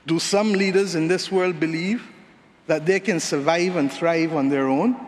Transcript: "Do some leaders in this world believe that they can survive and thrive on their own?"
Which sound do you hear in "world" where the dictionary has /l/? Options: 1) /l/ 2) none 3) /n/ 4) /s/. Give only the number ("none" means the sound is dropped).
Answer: 1